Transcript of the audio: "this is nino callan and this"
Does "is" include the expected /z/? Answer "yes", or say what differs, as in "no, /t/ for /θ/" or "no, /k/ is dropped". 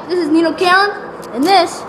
yes